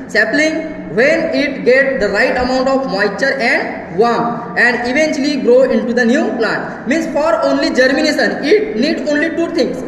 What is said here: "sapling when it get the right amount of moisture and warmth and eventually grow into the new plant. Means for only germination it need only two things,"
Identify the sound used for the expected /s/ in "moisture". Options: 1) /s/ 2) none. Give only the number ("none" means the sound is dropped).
2